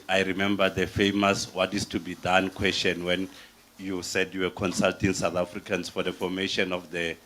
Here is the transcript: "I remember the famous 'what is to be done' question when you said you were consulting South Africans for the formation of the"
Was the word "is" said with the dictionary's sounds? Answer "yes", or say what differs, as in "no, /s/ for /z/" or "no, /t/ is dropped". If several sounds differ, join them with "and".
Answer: no, /s/ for /z/